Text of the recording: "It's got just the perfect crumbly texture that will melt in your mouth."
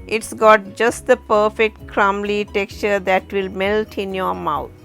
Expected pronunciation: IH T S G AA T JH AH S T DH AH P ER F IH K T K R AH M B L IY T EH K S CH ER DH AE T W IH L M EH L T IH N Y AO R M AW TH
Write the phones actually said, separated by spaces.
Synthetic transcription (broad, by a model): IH T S G AA T JH AH S T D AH P ER F IH K T K R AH M L IY T EH K S CH ER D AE T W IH L M EH L T IH N Y AO R M AW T